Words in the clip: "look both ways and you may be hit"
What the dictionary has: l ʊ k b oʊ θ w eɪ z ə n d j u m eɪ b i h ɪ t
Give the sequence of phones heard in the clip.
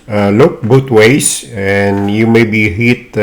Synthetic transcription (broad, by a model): l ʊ k b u t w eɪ s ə n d j u m eɪ b i h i t